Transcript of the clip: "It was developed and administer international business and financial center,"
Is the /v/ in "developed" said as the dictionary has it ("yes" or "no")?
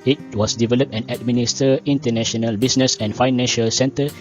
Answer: yes